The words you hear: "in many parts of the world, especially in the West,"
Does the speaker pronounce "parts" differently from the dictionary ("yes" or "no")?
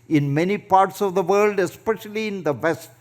no